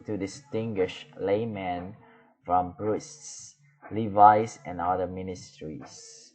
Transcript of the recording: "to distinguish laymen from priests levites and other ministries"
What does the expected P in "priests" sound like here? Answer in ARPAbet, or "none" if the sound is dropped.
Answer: B